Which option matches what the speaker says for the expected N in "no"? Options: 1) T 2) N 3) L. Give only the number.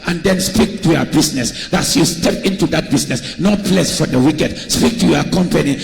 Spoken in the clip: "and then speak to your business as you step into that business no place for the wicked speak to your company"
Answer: 2